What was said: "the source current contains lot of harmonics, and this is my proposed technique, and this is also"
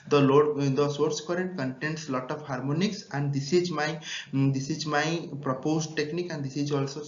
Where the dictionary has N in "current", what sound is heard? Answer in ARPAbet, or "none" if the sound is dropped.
N